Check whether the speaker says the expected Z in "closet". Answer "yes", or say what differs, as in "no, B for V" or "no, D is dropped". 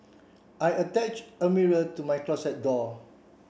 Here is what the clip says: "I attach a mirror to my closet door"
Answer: no, S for Z